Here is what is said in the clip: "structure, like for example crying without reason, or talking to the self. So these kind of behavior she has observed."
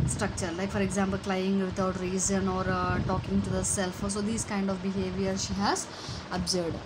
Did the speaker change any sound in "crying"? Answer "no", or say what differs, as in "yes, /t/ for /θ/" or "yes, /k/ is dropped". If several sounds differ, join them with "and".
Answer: yes, /l/ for /ɹ/